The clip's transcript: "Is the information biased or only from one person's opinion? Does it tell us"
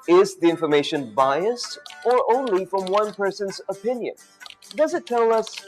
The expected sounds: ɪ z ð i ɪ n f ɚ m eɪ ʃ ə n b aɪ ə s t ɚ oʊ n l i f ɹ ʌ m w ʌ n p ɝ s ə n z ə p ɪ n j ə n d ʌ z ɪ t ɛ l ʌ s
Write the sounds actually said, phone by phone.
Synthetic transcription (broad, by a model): ɪ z ð i ɪ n f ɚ m eɪ ʃ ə n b aɪ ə s t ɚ oʊ n l i f ɹ ʌ m w ʌ n p ɝ s ə n z ə p ɪ n j ə n d ʌ z ɪ t ɛ l ʌ s